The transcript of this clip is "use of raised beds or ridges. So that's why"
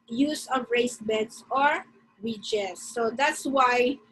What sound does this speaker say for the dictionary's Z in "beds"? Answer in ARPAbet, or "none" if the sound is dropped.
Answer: S